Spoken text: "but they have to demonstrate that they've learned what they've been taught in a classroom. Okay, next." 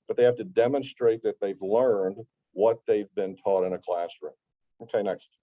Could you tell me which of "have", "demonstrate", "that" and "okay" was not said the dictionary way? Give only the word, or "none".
have